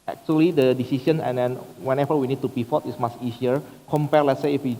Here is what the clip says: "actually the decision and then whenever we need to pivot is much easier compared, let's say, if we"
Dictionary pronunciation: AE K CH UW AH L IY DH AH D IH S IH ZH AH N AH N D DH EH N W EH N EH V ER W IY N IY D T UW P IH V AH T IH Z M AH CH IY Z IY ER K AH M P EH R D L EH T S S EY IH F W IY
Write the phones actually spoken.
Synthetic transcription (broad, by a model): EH K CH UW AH L IY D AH D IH S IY S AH N AH N D EH N W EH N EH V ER W IY N IY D T UW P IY F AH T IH S M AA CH IY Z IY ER K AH M P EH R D L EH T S S EY IH F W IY